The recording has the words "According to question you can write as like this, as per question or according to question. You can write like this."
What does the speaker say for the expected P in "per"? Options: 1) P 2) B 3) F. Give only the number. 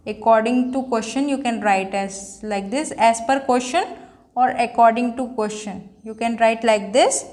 1